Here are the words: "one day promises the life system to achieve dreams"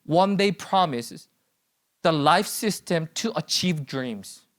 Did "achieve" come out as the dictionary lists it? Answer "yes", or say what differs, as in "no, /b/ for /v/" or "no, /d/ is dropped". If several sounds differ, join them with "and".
yes